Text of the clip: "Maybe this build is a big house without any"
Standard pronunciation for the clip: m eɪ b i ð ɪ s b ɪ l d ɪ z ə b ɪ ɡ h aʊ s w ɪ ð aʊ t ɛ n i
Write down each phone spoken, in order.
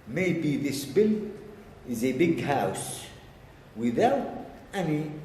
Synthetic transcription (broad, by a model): m eɪ b i ð ɪ s b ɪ l ɪ z ə b ɪ ɡ h aʊ s w ɪ ð aʊ t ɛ n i